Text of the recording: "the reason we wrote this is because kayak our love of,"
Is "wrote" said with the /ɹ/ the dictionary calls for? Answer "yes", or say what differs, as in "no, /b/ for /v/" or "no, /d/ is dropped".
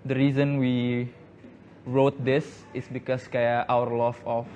yes